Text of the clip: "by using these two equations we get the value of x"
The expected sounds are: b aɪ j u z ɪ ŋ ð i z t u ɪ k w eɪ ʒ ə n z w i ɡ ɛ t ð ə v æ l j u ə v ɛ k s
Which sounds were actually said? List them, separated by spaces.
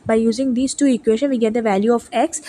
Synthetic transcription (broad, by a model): b aɪ j u z ɪ ŋ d i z t u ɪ k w eɪ ʃ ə n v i ɡ ɛ t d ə v æ l j u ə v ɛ k s